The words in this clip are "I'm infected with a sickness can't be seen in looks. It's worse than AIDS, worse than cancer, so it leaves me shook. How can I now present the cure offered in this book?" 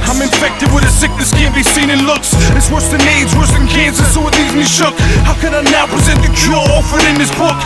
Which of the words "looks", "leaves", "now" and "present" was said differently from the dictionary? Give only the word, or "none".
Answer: leaves